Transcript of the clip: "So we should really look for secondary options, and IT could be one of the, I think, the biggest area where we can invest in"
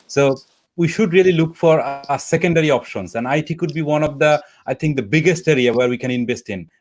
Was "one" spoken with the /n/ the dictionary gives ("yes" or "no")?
yes